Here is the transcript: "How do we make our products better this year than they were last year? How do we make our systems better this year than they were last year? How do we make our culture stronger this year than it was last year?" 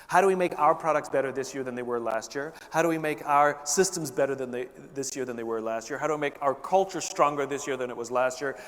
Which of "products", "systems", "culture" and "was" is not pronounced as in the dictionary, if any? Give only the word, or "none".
none